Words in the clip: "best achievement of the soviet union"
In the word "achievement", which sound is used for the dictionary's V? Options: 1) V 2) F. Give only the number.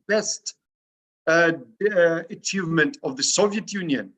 1